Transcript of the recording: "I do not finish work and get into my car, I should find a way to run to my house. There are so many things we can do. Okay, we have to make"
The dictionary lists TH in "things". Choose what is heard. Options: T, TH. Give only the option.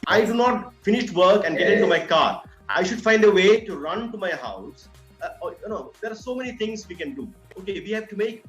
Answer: T